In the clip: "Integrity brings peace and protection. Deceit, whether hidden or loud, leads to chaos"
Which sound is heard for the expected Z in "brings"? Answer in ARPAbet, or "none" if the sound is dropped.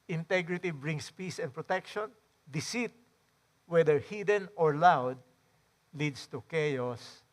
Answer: S